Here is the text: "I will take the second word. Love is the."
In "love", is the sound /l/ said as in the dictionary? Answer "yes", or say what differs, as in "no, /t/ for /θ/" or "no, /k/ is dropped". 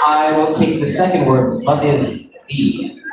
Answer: no, /w/ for /l/